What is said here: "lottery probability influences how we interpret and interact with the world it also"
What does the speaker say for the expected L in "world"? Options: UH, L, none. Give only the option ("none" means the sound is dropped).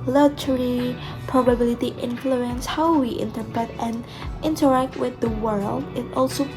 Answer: L